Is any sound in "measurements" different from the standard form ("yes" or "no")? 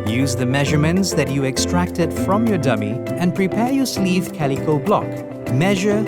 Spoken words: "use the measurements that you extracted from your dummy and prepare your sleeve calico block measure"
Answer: no